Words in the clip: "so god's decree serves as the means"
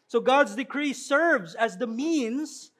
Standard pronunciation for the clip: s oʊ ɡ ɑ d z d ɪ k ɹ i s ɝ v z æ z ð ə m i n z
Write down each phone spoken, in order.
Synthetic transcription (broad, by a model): s oʊ ɡ ɑ d z d ɪ k ɹ i s ɝ v z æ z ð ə m i n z